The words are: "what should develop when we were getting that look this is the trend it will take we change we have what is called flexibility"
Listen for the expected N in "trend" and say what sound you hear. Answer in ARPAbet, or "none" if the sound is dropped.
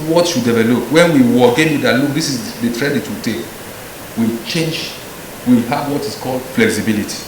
none